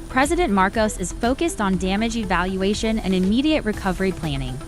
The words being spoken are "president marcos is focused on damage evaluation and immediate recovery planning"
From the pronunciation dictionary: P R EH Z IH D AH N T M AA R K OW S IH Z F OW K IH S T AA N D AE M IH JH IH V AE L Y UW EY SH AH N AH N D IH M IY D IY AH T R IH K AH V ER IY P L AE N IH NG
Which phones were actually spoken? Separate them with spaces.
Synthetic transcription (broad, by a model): P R EH Z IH D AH N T M AA R K OW S IH Z F OW K IH S T N D AE M IH JH IH V AE L Y UW EY SH AH N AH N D IH M IY D IY AH T R IH K AH V ER IY P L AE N IH NG